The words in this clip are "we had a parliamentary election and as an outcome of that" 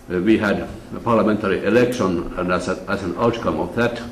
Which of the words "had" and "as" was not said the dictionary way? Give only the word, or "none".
as